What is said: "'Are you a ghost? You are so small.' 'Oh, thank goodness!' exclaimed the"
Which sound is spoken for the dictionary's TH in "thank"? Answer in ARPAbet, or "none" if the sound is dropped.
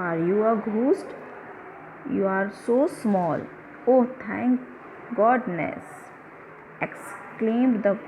T